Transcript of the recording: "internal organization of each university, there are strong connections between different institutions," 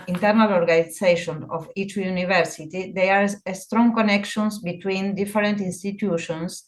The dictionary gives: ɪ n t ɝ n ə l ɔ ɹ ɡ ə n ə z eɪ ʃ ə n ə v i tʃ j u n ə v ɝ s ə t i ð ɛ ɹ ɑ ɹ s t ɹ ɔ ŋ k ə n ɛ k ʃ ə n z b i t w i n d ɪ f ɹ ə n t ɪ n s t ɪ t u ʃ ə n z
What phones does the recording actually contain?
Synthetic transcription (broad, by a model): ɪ n t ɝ n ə l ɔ ɹ ɡ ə n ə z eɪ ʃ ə n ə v i tʃ j u n ə v ɝ s ə t i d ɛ ɑ ɹ s t ɹ ɔ ŋ k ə n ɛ k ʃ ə n s b i t w i n d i f ɹ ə n t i n s t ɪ t u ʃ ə n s